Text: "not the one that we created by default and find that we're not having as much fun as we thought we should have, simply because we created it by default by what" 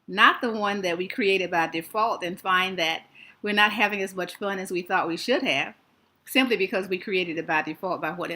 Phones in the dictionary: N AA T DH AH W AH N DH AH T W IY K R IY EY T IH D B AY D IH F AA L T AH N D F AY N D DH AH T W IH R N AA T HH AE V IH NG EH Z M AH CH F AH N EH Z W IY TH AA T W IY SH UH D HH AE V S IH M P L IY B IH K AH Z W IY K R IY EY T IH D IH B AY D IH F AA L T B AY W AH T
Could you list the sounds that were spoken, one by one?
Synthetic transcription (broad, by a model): N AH T DH AH W AH N DH AH T W IY K R IY EY T IH D B AY D IH F AA L T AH N F AY N DH AH T W IH R N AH T HH AE V IH NG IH Z M AH CH F AH N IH Z W IY TH AA T W IY SH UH D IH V S IH M P L IY B IH K AH Z W IY K R IY EY T IH D IH B AY D IH F AA L T B AY W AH T